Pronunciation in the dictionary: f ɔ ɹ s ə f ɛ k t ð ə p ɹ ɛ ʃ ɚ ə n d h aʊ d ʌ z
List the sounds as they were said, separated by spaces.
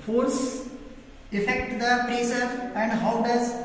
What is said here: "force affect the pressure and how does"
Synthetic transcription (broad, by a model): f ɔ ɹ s ə f ɛ k t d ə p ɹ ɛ s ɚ ə n d h aʊ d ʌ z